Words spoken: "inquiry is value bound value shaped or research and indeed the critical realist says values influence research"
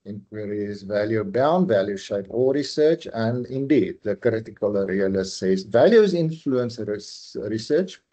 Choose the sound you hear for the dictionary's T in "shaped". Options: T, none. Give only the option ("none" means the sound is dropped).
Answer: none